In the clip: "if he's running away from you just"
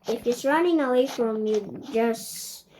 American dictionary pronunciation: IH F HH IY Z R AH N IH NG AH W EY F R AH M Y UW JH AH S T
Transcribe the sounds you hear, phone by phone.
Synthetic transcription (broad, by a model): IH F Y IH S R AH N IH NG AH W EY F R AH M Y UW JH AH S T